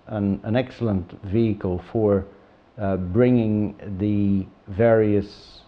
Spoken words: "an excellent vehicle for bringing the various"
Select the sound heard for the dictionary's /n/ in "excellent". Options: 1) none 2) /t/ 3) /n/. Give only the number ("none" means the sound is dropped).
3